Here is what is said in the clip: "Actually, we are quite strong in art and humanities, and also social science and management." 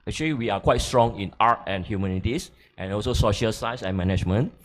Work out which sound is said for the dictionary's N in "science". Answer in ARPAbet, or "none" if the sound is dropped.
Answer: none